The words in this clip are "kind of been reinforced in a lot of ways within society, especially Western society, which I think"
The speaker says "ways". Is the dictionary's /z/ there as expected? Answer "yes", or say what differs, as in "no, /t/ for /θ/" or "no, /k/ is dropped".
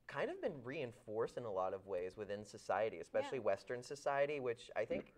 yes